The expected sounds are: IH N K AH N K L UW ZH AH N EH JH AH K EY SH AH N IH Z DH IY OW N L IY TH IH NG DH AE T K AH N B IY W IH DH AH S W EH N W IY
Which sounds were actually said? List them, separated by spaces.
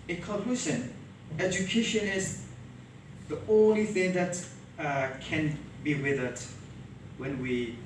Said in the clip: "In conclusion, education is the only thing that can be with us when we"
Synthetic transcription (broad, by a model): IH K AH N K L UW S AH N EH JH AH K EY SH AH N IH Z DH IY OW N L IY TH IH NG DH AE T K AH N B IY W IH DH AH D W EH N W IY